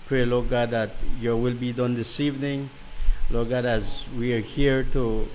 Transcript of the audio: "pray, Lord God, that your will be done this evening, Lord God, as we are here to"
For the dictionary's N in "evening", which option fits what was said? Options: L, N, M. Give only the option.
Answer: N